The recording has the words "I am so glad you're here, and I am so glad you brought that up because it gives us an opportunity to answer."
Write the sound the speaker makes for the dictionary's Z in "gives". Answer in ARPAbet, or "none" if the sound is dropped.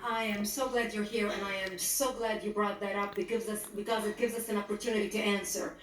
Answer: Z